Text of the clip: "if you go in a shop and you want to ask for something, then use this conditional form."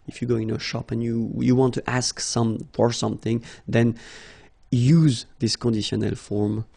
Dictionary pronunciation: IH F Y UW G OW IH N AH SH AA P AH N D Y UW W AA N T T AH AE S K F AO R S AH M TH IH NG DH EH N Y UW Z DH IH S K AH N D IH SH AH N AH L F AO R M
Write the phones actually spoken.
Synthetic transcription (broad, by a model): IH F Y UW G OW IH N AH SH AA P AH N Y Y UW W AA N T T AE S K F AO R S AH M TH IH NG DH EH N Y UW Z DH IH S K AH N D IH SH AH N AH L F AO R M